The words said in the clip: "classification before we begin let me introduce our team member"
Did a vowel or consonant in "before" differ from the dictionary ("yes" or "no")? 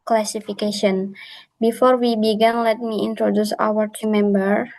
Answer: no